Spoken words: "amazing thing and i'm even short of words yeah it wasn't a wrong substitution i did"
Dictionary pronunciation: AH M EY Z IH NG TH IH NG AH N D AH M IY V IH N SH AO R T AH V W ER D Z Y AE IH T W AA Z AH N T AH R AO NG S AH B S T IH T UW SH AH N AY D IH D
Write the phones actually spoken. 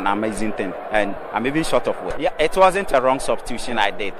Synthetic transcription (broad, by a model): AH M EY Z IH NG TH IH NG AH N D AH M IY V IH N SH AO T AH F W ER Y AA IH T W AA Z AH N T AH R AO NG S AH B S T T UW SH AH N AY D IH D